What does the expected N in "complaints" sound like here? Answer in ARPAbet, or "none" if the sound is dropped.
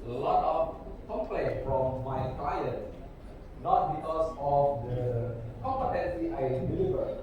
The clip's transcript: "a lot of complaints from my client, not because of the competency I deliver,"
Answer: none